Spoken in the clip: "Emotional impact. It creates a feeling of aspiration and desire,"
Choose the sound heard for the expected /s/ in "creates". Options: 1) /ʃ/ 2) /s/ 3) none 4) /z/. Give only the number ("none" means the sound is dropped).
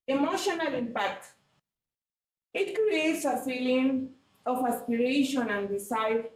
2